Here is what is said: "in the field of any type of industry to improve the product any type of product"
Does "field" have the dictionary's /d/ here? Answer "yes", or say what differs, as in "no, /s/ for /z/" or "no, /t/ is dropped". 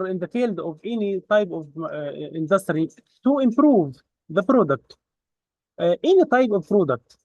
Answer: yes